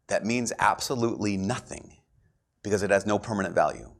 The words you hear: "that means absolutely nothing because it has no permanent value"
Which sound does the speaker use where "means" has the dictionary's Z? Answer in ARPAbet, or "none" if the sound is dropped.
Z